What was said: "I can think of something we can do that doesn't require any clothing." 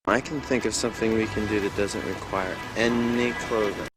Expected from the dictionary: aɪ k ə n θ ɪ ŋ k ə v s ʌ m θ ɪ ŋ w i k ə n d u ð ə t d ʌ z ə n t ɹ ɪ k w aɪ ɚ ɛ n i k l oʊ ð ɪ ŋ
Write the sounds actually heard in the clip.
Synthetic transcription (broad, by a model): aɪ k n θ ɪ ŋ k ə v s ʌ m θ ɪ ŋ w i k ə n d u ð ə t d ʌ z ə n t ɹ ɪ k w aɪ ɚ ɛ n i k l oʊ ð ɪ